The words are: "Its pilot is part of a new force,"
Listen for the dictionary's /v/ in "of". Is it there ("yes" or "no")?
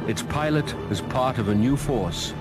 yes